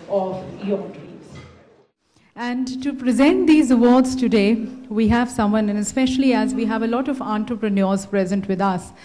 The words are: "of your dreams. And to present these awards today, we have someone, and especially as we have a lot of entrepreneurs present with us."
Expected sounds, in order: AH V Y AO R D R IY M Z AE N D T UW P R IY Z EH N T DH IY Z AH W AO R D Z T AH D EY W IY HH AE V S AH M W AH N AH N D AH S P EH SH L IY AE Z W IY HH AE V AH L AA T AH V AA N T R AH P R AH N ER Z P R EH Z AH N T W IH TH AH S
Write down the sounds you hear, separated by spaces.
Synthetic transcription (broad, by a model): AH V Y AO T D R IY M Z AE N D T UW P R IY Z EH N T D IY Z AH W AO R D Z T AH D EY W IY HH AE V S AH M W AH N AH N AH S P EH SH L IY AE Z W IY HH AE V AH L AA T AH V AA N T R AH P R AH N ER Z P R EH Z AH N T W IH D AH S